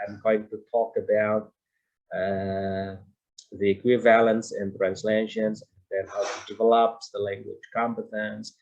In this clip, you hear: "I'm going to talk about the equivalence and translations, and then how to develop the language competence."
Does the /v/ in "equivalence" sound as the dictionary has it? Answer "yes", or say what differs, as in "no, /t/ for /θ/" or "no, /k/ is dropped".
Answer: yes